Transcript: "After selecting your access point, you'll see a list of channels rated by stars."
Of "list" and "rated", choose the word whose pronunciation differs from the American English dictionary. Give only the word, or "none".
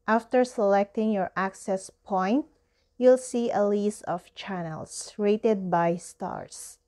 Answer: list